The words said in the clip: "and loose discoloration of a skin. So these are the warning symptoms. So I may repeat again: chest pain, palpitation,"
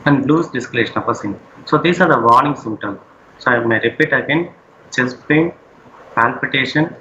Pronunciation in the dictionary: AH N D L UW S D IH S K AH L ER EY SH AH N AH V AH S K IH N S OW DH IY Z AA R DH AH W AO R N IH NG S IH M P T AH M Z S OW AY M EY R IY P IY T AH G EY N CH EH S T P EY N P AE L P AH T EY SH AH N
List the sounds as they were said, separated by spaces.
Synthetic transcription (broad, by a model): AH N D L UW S D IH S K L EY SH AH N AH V AH S IH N S OW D IY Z AA R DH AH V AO R N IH NG S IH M T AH M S S OW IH M EY R IY P IY T AH G EY N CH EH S P EY N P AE L P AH T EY SH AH N